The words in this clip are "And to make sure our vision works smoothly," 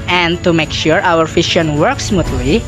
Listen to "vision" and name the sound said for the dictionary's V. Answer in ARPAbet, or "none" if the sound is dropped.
F